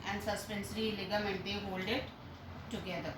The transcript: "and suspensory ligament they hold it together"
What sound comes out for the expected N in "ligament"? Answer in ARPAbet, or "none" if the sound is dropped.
N